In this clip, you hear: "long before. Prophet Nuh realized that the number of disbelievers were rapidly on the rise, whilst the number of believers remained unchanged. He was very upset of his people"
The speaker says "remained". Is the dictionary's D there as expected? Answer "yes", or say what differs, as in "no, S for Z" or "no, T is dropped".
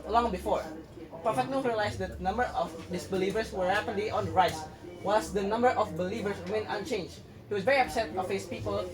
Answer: no, D is dropped